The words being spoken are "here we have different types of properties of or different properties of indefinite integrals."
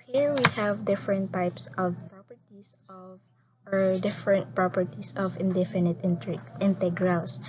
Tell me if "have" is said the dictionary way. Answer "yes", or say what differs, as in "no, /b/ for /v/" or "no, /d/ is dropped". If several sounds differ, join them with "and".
yes